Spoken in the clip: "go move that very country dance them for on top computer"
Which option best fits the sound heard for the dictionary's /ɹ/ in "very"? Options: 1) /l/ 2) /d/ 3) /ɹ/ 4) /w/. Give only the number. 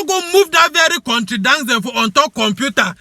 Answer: 3